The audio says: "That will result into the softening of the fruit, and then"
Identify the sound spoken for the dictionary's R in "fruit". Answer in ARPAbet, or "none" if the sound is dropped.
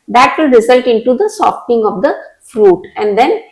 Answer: R